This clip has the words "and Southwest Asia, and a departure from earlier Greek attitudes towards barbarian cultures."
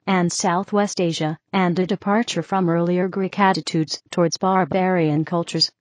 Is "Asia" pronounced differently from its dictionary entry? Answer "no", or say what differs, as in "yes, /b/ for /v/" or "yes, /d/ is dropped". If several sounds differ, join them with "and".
no